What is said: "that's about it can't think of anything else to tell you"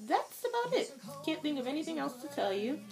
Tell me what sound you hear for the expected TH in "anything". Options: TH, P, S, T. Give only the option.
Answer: TH